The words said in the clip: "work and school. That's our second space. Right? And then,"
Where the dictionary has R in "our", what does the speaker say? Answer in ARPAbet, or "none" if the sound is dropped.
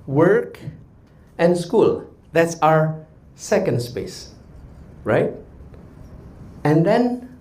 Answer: R